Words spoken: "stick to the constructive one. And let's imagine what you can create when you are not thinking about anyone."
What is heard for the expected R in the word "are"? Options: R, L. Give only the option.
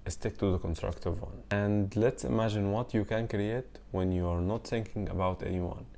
R